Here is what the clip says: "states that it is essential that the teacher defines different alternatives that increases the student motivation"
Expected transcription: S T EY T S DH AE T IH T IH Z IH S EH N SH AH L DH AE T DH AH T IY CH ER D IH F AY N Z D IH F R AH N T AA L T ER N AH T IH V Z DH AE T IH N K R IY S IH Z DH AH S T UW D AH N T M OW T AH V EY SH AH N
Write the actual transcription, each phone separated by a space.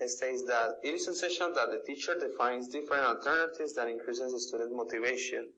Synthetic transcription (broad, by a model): S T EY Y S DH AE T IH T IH S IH S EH SH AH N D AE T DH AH T IY CH ER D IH F AY N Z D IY F R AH N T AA L T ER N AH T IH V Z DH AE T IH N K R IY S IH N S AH S T UW D AH N T M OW T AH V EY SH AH N